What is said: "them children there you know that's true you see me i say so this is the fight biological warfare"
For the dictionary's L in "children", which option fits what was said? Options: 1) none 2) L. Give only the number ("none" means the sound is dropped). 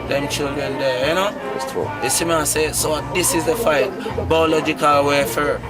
2